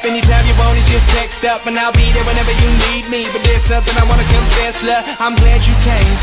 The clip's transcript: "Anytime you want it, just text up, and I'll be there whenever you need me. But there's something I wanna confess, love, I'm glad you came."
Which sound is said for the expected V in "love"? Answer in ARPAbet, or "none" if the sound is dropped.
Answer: none